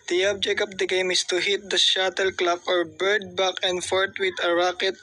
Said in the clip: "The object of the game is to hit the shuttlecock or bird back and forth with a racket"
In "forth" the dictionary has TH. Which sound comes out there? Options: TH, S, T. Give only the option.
T